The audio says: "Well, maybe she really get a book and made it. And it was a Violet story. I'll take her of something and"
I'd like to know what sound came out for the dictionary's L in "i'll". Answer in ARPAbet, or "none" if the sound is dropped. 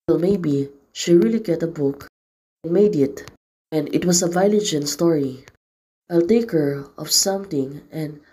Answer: L